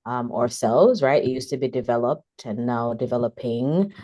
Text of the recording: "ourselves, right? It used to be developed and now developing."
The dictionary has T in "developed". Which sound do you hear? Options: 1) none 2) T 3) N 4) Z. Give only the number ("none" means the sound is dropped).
2